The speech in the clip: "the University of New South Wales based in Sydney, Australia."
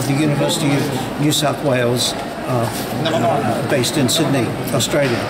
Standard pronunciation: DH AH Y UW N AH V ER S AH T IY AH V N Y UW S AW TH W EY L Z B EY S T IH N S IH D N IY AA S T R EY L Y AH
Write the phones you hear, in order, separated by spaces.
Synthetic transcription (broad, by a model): DH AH Y UW N AH V ER S AH T IY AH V N Y UW S AW TH W EY L Z B EY S T IH N S IH D N IY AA S T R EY L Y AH